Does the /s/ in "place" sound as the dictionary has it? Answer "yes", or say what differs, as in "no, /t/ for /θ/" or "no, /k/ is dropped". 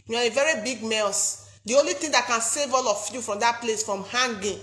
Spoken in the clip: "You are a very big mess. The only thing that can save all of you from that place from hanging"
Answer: yes